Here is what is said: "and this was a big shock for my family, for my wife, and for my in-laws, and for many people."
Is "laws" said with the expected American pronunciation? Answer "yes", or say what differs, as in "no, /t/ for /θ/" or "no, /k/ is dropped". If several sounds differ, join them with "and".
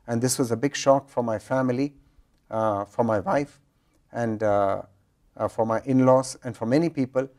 no, /s/ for /z/